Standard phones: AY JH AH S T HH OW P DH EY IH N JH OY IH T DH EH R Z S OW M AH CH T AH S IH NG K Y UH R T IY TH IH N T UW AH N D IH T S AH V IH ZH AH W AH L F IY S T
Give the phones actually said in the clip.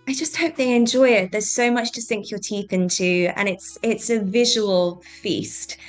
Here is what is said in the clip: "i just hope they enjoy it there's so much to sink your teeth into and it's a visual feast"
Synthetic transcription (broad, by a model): AY JH AH S T HH OW P DH EY IH N JH OY IH T DH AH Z S OW M AH CH T AH S IH NG K Y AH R T IY TH IH N T UW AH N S IH T S AH V IH ZH AH W AH L F IY S T